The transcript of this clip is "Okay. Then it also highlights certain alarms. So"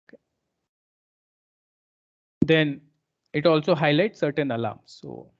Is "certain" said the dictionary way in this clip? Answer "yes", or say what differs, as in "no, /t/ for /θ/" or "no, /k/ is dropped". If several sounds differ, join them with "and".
yes